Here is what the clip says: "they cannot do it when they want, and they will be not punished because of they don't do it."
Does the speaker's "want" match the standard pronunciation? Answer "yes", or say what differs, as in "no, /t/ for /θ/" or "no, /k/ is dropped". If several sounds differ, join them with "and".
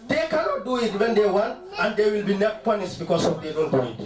no, /t/ is dropped